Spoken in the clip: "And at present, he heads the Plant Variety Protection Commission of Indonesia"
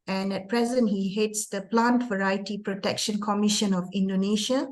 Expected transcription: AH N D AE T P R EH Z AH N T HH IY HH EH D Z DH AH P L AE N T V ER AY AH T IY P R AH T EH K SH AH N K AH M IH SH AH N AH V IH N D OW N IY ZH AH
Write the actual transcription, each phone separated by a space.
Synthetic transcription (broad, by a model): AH N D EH T P R EH Z AH N T HH IY HH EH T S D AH P L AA N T V ER AY AH T IY P R AH T EH K SH AH N K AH M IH SH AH N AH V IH N D OW N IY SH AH